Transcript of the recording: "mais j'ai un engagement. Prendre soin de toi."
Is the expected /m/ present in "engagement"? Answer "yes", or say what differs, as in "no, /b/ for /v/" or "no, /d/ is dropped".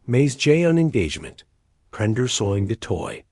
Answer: yes